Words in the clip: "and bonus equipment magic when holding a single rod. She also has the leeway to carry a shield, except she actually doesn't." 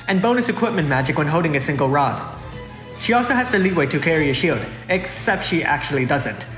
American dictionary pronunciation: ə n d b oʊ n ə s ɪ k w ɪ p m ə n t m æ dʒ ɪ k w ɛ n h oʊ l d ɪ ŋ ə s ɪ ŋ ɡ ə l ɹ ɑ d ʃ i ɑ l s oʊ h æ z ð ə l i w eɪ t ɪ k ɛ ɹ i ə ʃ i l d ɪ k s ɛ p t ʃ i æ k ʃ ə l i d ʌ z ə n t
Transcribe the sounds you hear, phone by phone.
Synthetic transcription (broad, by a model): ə n b oʊ n ə s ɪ k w ɪ p m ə n m æ dʒ ɪ k w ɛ n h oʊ l d ɪ ŋ ə s ɪ ŋ ɡ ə l ɹ ɑ d ʃ i ɑ l s oʊ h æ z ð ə l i w eɪ t ɪ k ɛ ɹ i ə ʃ i l d ɪ k s ɛ p t ʃ i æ k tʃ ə l i d ʌ z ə n t